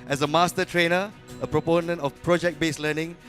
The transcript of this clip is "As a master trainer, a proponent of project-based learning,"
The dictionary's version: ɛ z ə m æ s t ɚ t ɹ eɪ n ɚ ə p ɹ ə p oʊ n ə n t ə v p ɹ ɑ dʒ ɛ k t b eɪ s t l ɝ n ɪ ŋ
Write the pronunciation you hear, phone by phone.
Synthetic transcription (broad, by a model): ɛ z ə m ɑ s t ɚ t ɹ eɪ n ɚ ə p ɹ ə p oʊ n ə n t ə f p ɹ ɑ dʒ ɛ k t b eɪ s l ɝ n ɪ ŋ